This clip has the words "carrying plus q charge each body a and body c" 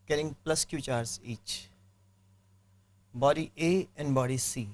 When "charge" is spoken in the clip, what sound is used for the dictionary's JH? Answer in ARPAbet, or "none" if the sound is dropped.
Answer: Z